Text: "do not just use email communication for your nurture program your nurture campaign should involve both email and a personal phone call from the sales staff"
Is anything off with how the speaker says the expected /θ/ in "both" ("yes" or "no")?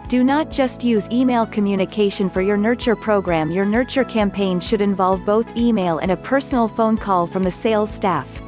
no